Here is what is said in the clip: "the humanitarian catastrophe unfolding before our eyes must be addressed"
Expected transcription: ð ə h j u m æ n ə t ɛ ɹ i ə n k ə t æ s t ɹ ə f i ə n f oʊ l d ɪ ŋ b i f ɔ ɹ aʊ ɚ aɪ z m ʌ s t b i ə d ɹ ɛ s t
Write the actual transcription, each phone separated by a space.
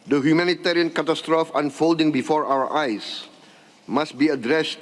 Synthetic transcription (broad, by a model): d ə h j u m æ n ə t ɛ ɹ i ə n k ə t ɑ s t ɹ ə f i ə n f oʊ l d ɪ ŋ b i f ɔ ɹ aʊ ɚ aɪ s m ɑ s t b i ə d ɹ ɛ s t